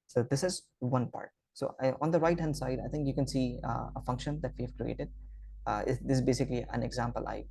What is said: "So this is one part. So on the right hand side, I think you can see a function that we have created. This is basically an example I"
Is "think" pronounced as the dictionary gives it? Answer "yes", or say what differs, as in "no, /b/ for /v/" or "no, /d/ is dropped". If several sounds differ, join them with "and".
no, /t/ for /θ/